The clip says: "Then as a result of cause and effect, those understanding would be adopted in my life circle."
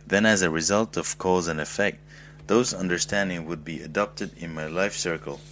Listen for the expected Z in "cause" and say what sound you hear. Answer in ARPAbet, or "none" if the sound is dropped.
Z